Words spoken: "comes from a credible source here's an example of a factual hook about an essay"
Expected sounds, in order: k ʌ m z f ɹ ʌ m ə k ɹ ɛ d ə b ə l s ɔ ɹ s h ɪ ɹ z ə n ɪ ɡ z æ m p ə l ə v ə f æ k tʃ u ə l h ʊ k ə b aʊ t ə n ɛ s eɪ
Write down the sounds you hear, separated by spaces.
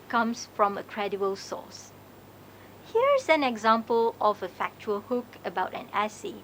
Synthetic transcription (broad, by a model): k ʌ m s f ɹ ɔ m ə k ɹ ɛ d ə ə l s ɔ s h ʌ ɹ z ə n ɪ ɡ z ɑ m p ə l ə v ə f æ k tʃ u ə l h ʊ k ə b aʊ t ə n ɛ s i